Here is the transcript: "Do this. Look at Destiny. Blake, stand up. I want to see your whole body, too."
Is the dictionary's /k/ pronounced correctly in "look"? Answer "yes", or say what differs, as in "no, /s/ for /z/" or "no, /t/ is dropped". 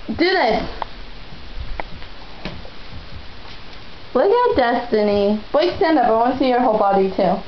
no, /k/ is dropped